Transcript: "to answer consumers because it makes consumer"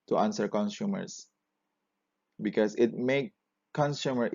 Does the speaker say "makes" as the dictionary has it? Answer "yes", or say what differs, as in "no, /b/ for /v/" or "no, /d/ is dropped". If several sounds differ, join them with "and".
no, /s/ is dropped